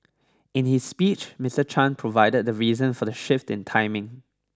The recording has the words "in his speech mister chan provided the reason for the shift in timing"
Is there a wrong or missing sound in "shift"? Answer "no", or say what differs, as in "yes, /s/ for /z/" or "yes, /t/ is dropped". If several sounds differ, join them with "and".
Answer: no